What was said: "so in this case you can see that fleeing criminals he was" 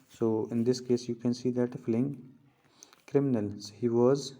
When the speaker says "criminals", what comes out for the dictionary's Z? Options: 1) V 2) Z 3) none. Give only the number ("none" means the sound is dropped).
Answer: 3